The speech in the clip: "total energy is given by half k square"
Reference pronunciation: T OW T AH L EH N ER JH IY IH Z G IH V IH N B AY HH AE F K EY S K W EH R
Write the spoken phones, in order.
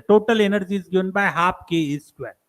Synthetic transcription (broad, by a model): T OW T AH L EH N ER JH IY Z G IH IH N B AY HH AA P K EY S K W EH